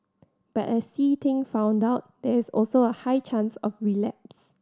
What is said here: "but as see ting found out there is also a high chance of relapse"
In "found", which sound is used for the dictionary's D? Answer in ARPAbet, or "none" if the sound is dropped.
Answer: D